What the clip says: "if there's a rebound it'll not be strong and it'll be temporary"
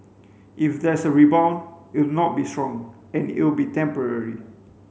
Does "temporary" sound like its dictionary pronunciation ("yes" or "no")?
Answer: yes